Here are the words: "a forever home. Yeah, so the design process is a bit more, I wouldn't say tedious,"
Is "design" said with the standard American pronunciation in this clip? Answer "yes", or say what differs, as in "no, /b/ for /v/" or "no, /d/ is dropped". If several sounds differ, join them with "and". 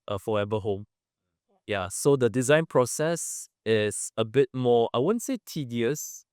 yes